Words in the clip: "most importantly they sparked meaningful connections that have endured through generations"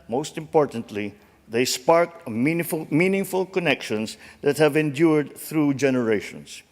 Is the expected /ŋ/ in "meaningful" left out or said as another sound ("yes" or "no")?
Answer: no